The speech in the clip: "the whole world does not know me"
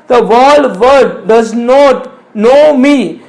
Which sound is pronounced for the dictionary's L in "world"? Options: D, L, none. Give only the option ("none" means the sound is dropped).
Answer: none